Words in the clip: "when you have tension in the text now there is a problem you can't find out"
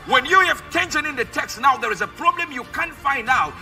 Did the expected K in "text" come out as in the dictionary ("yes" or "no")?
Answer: yes